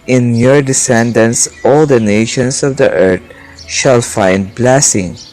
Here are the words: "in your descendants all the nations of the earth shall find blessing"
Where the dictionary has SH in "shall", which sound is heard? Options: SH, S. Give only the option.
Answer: SH